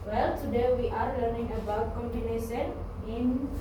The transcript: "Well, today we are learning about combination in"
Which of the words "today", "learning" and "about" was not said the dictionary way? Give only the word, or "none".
none